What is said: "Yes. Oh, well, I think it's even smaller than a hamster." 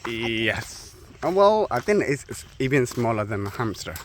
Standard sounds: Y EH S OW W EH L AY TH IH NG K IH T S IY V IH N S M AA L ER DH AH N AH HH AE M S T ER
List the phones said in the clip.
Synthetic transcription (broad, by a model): Y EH S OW W EH L AY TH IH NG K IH S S IY V IH N S M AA L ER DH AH N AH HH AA M S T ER